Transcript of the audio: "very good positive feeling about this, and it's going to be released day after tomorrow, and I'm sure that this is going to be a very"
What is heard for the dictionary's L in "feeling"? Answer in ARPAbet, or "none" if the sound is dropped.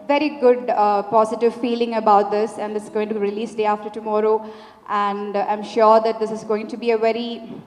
L